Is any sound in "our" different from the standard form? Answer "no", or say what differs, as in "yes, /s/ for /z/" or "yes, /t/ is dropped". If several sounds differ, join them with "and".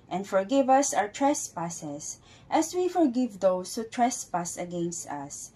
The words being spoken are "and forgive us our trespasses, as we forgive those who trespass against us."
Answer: yes, /w/ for /ɹ/